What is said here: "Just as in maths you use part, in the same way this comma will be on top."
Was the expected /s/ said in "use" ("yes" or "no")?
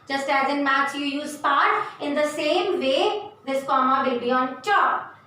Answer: yes